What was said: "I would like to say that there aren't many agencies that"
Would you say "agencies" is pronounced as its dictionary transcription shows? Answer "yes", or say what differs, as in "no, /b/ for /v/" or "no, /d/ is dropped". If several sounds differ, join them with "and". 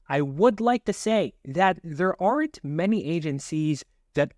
yes